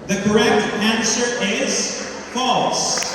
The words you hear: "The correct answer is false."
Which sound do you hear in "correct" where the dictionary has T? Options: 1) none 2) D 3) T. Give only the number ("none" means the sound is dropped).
3